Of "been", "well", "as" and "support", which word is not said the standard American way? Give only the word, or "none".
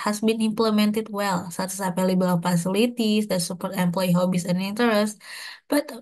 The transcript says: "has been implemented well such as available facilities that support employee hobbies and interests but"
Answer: as